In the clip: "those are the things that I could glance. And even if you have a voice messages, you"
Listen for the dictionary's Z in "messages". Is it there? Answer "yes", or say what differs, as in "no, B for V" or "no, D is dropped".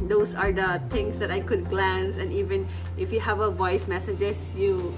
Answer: no, S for Z